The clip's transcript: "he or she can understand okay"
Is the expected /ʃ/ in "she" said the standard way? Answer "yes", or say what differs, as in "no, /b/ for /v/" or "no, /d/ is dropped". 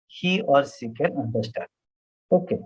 no, /s/ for /ʃ/